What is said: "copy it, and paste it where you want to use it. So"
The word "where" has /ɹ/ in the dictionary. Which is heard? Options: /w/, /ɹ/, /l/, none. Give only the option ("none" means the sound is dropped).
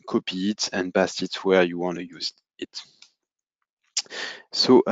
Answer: /ɹ/